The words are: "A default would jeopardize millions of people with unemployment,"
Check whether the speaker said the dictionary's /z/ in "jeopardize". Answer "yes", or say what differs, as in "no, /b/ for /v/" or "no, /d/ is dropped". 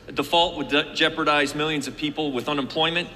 yes